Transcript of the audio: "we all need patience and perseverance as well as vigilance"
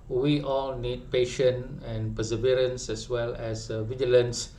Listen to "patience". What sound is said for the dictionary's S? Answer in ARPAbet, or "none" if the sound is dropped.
none